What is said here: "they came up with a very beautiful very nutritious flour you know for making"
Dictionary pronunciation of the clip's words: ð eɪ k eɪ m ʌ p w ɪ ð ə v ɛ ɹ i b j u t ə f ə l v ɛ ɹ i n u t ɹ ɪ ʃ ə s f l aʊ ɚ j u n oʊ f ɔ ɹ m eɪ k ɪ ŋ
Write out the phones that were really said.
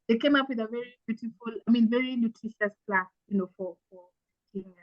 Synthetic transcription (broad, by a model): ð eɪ k eɪ m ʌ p w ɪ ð ə v ɛ ɹ i b j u t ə f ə l v ɛ ɹ i n u t ɹ ɪ ʃ ə s p l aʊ j u n oʊ f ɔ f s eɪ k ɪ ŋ